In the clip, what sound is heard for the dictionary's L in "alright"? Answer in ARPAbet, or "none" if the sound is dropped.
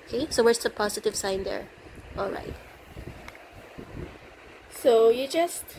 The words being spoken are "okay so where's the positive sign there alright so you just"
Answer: L